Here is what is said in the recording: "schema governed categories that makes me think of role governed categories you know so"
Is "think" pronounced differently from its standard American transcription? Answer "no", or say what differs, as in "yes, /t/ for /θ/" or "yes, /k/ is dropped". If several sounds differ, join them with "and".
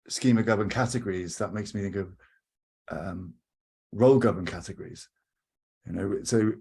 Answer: no